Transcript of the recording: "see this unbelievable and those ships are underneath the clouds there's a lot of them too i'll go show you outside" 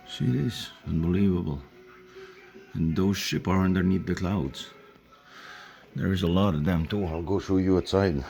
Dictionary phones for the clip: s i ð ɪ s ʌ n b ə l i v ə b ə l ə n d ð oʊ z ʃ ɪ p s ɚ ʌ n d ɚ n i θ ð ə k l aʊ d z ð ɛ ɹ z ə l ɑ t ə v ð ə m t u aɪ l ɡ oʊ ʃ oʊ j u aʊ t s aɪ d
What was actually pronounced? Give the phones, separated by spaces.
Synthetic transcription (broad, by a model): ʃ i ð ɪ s ʌ n b ə l i v ə b ə l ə n ð oʊ z ʃ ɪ p ɚ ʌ n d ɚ n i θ ð ə k l aʊ d z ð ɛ ɹ z ə l ɑ t ə v ð ə m t u aɪ l ɡ oʊ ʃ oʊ j u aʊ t s aɪ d